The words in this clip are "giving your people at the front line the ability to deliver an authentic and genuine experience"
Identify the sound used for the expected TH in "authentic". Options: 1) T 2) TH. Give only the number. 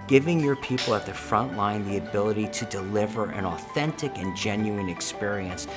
2